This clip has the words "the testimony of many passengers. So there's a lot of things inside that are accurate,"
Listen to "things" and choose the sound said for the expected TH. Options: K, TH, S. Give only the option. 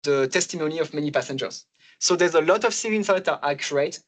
S